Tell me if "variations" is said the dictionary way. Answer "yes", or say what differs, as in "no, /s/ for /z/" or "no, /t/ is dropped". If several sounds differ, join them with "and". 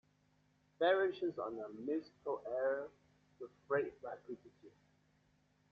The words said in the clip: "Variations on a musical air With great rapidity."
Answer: no, /n/ is dropped